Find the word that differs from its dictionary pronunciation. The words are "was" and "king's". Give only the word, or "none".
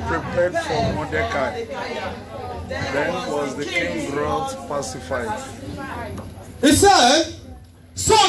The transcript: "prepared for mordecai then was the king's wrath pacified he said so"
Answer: king's